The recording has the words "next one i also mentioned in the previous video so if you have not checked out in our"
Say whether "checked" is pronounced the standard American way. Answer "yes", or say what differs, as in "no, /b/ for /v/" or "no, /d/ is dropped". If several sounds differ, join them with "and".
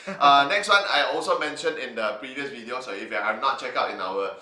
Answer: no, /t/ is dropped